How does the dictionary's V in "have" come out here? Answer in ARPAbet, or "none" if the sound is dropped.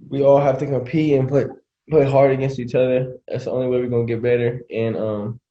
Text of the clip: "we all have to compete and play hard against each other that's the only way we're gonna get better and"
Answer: F